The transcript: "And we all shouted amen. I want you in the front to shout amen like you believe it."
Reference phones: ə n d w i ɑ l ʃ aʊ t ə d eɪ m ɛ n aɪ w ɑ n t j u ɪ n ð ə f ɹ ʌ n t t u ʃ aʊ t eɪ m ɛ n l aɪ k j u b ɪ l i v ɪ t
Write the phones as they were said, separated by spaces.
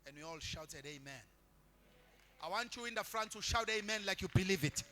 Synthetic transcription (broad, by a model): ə n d w i ɑ l ʃ aʊ t ə d eɪ m ɛ n aɪ w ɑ n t j u ɪ n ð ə f ɹ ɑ n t t u ʃ aʊ t eɪ m ɛ n l aɪ k j u b ɪ l i v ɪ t